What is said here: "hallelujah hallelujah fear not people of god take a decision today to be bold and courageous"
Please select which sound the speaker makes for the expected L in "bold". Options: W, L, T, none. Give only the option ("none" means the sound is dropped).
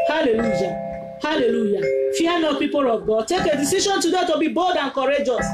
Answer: none